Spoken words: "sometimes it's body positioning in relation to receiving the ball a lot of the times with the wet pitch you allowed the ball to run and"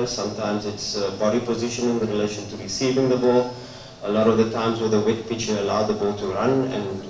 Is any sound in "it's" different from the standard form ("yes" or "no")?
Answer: no